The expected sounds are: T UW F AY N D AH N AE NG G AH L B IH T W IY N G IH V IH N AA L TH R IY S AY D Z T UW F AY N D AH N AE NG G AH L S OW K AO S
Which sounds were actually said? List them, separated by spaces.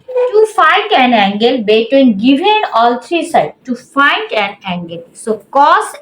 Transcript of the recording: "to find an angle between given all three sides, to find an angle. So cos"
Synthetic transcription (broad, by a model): T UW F AY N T AH N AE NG G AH L B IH T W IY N G IH V IH N AA L T R IY S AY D T UW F AY N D AH N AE NG G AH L S OW K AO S